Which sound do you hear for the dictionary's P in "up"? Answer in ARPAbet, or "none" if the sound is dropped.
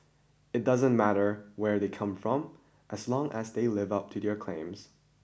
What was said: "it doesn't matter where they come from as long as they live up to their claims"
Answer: P